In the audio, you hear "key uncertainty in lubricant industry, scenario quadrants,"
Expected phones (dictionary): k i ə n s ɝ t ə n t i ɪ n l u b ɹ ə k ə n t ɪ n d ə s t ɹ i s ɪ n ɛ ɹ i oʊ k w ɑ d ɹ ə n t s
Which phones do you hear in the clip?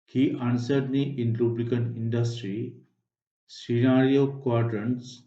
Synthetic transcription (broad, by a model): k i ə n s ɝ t n t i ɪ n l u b l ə k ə n ɪ n d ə s t ɹ i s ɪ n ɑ ɹ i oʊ k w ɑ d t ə n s